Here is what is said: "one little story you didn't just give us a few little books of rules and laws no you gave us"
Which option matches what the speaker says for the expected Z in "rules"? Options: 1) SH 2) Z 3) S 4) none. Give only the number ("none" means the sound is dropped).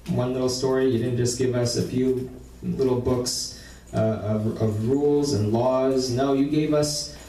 2